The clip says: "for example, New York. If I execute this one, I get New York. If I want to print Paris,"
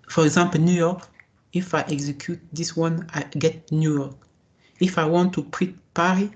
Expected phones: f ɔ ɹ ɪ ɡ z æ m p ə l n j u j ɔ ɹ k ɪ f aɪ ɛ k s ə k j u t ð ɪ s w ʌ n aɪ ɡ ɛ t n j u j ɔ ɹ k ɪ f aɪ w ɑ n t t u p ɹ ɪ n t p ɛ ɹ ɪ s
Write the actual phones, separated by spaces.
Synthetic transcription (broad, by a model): f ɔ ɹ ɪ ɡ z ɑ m p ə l n j u j ɔ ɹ k ɪ f aɪ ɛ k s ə k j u t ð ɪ s w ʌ n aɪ ɡ ɛ t n j u j ɔ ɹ k ɪ f aɪ w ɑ n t t u p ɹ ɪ t p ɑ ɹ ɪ